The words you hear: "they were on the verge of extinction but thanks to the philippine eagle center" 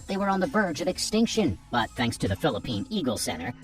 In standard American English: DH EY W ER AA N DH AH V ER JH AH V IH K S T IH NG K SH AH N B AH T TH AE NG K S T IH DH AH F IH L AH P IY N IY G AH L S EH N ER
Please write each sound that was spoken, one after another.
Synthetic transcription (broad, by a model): DH EY W ER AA N DH AH V ER JH AH V IH K S T IH NG K SH AH N B AH T TH AE NG K S T IH DH AH F IH L AH P IY N IY G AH L S EH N ER